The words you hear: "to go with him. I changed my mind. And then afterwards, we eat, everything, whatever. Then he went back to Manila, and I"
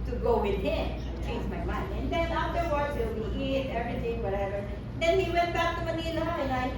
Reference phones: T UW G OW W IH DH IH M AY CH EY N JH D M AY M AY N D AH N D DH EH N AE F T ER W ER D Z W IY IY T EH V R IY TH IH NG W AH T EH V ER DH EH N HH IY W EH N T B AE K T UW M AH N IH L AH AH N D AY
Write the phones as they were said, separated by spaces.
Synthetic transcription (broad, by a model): T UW G OW W IH DH IH M CH EY N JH M AY M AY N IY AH N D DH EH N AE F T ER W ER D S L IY IY T EH V R IY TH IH NG W AH T EH V ER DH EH N HH IY W EH N T B AE K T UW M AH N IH N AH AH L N AY